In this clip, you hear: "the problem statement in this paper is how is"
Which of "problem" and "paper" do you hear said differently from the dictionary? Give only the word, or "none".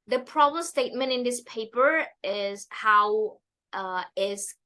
problem